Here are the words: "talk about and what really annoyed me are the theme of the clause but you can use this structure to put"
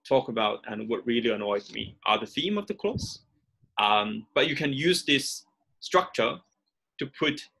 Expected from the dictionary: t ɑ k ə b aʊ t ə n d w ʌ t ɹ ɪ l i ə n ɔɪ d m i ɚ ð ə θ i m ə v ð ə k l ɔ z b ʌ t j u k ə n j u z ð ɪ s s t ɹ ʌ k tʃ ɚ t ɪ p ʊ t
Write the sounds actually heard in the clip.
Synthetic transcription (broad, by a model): t ɑ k ə b aʊ t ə n w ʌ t ɹ ɪ l i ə n ɔɪ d m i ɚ ð ə θ i m ə v ð ə k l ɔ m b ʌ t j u k ə n j u z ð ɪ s s t ɹ ʌ k tʃ ɚ t ɪ p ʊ t